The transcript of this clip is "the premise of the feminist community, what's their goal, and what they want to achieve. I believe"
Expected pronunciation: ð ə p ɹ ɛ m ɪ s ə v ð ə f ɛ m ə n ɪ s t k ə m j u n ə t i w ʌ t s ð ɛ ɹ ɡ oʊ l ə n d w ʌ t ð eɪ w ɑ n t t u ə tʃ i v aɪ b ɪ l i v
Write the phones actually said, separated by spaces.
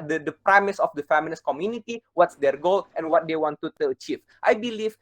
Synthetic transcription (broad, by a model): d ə p ɹ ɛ m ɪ s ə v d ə f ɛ m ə l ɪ s k ə m j u n ə t i w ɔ t s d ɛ ɹ ɡ oʊ l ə n w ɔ t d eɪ w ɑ n t t u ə tʃ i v aɪ b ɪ l i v